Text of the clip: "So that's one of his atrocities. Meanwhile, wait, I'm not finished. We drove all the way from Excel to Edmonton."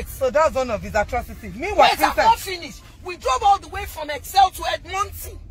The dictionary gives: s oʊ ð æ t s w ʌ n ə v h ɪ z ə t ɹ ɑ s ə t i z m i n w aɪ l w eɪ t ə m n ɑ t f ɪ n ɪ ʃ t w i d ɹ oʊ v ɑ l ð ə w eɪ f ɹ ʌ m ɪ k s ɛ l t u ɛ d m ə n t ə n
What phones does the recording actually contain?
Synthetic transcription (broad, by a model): s oʊ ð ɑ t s w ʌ n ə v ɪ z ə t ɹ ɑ s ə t i m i w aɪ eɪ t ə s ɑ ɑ f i n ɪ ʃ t w i d ɹ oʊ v ɑ l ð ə w eɪ f ɹ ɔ m ɪ k s ɛ l t u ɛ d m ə n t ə